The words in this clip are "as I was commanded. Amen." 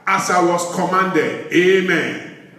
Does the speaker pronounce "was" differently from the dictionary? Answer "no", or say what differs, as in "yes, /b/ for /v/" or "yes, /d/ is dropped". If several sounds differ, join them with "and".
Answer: yes, /s/ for /z/